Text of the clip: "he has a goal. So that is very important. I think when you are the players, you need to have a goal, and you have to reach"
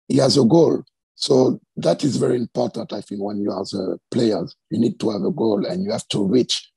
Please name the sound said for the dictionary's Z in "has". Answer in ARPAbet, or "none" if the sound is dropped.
Z